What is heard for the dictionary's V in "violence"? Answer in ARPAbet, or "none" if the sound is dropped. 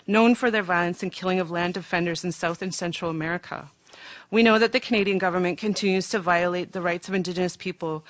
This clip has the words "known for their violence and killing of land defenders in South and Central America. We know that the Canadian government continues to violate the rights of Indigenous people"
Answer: V